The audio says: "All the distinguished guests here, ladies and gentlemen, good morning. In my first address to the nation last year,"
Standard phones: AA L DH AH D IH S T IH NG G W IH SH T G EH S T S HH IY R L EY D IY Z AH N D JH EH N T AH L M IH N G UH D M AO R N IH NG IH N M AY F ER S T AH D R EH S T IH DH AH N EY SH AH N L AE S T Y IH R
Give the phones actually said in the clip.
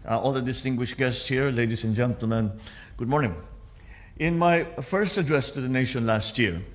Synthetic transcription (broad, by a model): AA L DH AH D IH S T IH NG G W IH SH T G EH S T S HH IY R L EY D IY S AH N JH EH N T AH L M IH N G UH D M AO R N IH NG IH N M AY F ER S T AH D R EH S T IH DH AH N EY SH AH N L AE S T Y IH R